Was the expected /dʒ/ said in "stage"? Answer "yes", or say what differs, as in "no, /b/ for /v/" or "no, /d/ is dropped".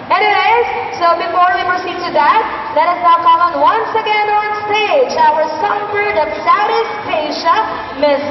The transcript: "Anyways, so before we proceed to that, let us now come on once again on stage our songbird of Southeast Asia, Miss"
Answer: yes